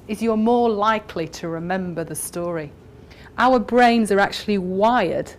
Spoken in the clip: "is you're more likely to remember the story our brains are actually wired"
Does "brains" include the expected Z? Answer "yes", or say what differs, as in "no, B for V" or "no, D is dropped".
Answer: yes